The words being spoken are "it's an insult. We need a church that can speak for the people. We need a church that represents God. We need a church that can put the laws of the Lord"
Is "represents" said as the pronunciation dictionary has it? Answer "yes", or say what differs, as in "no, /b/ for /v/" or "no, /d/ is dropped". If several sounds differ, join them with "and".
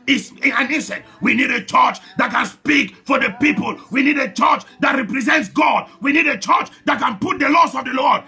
yes